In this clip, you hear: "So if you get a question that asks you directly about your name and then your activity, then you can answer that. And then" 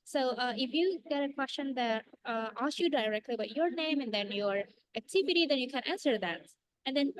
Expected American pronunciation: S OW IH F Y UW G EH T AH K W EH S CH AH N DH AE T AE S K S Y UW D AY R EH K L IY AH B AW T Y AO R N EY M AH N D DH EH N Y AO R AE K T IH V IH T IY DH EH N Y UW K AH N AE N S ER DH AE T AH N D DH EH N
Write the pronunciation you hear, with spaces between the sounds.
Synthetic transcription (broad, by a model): S OW IH F Y UW G EH T AH K W EH S CH AH N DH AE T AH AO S Y UW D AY R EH K L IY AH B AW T Y AO R N EY M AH N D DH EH N Y AO R AE K T IH V IH T IY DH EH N Y UW K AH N AE N S ER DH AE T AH N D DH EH N